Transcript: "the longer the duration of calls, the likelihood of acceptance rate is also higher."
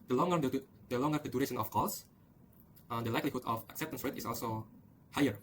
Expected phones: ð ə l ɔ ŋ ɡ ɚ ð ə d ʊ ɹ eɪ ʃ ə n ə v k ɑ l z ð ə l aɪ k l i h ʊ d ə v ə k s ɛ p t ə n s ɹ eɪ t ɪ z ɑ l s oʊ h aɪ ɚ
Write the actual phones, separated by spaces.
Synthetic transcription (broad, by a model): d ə l ɔ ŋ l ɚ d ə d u ɹ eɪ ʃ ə n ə f k ɑ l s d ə l aɪ k l i h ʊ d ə f ə k s ɛ p t ə n s ɹ eɪ t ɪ s ɑ l s oʊ h aɪ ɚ